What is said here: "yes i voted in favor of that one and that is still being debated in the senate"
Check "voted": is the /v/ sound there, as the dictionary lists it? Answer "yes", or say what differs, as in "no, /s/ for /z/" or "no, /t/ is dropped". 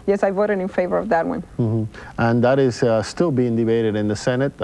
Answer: yes